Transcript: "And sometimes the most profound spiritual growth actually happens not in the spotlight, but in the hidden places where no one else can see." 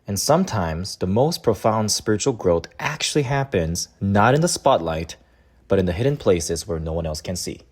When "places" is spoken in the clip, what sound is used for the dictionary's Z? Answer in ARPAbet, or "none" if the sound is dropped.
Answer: Z